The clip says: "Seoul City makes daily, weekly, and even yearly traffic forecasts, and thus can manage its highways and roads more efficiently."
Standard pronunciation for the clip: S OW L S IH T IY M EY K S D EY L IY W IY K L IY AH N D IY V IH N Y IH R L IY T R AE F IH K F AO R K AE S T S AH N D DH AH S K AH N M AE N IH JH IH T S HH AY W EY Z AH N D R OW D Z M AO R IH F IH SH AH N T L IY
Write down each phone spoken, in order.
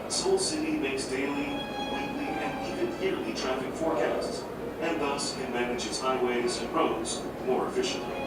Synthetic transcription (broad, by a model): S OW L S IH T IY M EY K S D EY L IY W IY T L IY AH N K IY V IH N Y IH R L IY T R AE F IH K F AO R K AE S T S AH N DH AH S K AH N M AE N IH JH IH T S HH AY W EY Z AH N R OW D Z M AO R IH F IH SH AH N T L IY